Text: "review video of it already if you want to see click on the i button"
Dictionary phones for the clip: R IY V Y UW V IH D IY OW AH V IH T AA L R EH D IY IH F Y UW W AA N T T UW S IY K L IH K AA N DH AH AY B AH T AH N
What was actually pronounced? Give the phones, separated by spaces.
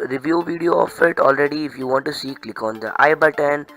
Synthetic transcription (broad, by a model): R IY V Y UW V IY D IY OW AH F IH T AA L R EH D IY IH F Y UW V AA N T T UW S IY K L IH K AA N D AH AY B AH T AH N